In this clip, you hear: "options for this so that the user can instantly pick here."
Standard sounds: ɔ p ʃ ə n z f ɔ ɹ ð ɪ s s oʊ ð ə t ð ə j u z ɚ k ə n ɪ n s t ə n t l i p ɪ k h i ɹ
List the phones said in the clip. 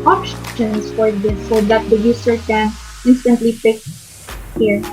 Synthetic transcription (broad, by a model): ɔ p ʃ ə n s f ɔ ɹ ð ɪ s s oʊ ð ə t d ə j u s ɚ k ə n ɪ n s t ə n t l i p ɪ k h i ɹ